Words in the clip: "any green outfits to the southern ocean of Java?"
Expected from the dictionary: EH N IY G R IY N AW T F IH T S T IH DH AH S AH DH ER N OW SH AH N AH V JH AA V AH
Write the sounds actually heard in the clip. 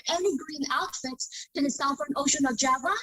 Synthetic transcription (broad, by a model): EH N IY G R IY N AW T F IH T T IH DH AH S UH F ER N OW SH AH N AH V JH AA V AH